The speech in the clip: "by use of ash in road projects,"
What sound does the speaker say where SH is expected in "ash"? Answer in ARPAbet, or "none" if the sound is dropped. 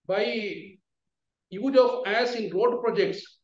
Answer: S